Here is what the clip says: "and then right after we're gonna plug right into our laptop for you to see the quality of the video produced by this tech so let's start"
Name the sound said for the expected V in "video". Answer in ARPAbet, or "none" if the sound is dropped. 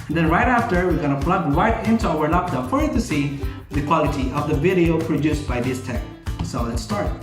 V